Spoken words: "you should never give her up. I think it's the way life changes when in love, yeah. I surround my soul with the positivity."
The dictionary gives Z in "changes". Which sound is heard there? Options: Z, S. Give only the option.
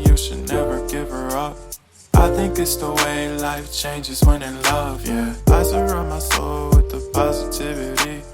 Z